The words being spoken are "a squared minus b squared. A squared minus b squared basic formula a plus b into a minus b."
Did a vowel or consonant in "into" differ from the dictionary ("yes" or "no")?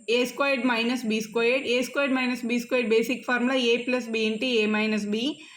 no